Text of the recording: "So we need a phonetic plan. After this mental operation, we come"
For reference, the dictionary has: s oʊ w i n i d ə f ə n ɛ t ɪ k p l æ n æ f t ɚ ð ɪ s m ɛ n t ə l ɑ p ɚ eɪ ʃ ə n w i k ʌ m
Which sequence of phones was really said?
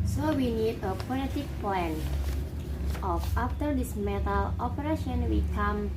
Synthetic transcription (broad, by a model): s oʊ w i n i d ə p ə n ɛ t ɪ k p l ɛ n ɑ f t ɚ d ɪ s m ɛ t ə l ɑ p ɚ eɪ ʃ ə n w i k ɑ m